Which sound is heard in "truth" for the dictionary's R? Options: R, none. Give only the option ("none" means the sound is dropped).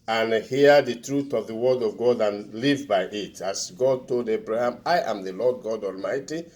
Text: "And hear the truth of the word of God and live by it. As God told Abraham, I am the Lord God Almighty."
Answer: R